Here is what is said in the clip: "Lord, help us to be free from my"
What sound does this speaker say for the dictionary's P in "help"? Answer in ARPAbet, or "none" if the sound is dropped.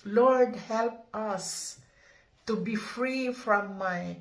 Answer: P